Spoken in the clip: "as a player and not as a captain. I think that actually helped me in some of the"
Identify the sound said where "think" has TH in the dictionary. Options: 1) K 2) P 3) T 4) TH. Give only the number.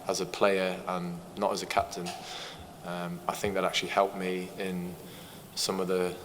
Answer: 4